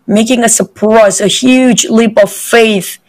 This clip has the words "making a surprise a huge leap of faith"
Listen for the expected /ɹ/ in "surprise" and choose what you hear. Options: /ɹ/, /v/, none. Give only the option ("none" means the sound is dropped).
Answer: none